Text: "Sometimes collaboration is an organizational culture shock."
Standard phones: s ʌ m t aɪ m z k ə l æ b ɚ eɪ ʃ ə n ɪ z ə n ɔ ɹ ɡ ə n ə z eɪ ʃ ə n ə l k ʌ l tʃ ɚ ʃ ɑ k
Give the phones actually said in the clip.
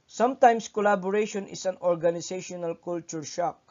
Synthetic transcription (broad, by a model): s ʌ m t aɪ m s k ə l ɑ b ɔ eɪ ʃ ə n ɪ s ə n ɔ ɹ ɡ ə n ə s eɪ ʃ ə n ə l k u l tʃ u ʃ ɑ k